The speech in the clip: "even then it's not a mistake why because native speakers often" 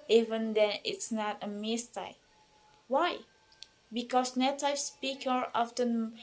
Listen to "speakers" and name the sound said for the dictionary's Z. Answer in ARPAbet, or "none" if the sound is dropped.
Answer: none